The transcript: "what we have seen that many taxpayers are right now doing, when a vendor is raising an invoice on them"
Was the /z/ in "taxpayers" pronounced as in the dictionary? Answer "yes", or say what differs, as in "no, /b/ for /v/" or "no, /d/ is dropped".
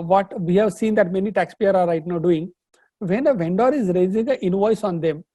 no, /z/ is dropped